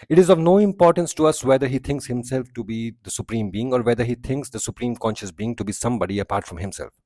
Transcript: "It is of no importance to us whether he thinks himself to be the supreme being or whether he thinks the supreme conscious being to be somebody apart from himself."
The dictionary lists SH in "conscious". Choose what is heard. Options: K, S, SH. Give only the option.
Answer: SH